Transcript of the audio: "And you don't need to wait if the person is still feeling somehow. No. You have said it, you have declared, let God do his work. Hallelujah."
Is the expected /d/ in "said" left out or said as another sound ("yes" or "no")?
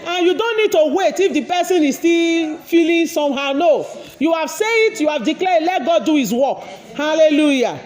yes